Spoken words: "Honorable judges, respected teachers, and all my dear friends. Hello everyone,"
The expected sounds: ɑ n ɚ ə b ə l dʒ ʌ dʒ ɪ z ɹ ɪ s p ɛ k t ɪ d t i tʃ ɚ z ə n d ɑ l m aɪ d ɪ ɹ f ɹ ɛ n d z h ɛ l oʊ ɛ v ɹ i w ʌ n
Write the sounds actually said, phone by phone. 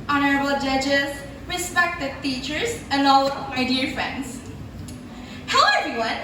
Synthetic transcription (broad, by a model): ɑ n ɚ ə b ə l dʒ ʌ dʒ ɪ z ɹ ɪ s p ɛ k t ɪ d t i tʃ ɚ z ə n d ɑ l m aɪ d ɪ ɹ f ɹ ɛ n d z h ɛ ʊ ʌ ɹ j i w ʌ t